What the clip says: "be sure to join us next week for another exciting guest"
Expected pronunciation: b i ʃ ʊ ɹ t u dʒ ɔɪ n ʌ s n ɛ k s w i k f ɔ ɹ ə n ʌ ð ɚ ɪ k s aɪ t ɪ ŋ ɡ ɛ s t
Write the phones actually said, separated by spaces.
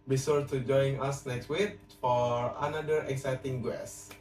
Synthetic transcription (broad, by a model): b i s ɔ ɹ t u dʒ ɔɪ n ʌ s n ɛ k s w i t f ɔ ɹ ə n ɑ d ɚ ɪ k s aɪ t ɪ ŋ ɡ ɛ s